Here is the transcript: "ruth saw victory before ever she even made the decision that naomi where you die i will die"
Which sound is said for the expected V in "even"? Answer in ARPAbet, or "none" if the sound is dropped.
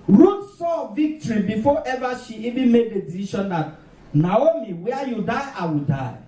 B